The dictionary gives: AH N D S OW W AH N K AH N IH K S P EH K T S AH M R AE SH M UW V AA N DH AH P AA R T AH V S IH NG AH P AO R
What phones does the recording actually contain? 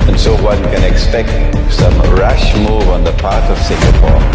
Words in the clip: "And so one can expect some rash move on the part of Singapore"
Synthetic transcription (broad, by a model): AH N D S OW W AH N K AH N IH K S P EH K T S AH M R AE SH M UW V AA N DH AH P AA R T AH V S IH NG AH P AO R